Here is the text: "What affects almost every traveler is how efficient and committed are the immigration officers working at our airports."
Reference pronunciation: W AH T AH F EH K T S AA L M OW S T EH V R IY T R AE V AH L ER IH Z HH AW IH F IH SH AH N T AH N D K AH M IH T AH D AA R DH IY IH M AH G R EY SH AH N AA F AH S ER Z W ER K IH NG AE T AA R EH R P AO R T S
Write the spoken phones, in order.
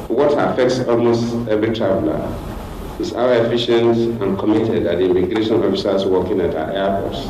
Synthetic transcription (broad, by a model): W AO T AH F EH K T S AA L M OW S T EH V R IY T R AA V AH L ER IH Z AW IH F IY SH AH N T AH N K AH M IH T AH D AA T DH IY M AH G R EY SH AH N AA F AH S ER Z W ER K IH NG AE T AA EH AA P AO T S